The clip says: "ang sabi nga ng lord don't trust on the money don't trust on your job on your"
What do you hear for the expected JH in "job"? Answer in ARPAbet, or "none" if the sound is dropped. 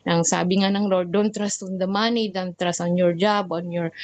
JH